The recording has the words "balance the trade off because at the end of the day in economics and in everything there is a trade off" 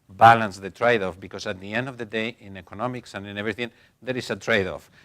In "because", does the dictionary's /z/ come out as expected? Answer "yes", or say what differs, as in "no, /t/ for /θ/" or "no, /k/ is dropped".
no, /s/ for /z/